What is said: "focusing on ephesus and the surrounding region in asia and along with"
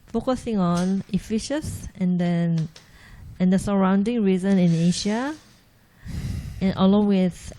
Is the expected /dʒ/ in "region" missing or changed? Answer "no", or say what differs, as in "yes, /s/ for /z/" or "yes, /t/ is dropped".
yes, /z/ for /dʒ/